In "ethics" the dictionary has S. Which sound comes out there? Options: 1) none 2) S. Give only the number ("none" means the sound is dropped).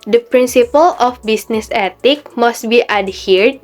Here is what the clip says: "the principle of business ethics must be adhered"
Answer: 1